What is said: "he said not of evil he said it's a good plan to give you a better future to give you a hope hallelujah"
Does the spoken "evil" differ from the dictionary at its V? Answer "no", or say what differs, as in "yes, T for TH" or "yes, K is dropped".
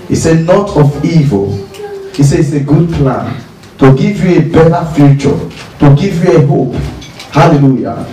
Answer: no